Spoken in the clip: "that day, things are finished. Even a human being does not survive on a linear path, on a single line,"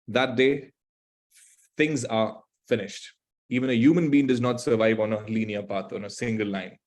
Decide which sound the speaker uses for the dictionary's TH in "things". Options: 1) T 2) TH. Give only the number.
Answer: 1